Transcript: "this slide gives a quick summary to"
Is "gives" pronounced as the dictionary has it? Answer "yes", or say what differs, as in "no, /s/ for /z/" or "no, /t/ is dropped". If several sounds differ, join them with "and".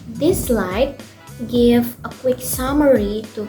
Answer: no, /z/ is dropped